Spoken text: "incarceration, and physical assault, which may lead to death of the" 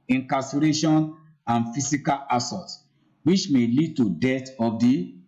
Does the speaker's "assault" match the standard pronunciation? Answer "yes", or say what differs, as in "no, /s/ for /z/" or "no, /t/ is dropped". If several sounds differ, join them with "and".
no, /l/ is dropped